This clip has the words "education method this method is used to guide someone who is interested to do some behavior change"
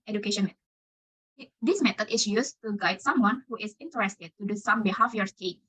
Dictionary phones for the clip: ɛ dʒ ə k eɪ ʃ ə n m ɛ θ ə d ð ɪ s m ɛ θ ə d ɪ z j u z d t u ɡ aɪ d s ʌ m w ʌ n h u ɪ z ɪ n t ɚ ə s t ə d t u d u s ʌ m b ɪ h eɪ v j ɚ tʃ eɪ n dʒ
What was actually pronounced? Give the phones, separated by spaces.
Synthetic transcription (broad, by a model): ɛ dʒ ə k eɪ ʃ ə n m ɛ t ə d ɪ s m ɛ t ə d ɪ s j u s t u ɡ aɪ d s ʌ m w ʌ n h u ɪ s ɪ n t ɚ ə s t ə d t u d u s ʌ m b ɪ h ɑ f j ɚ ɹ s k